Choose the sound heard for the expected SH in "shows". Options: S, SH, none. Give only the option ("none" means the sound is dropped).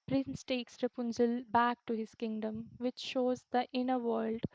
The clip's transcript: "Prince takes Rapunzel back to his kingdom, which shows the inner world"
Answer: SH